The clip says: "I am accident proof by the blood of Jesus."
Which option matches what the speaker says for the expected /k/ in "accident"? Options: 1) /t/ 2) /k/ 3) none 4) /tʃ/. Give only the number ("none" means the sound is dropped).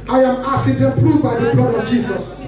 3